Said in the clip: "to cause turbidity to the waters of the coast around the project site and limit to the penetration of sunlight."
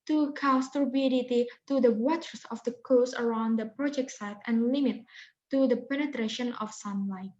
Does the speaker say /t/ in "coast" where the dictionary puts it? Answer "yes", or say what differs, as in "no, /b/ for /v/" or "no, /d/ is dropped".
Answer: no, /t/ is dropped